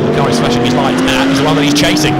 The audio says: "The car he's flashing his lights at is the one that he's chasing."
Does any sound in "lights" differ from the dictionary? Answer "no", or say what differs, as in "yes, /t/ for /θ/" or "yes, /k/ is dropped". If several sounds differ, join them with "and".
yes, /s/ is dropped